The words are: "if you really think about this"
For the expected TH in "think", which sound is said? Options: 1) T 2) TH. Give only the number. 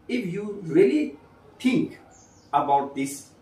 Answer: 1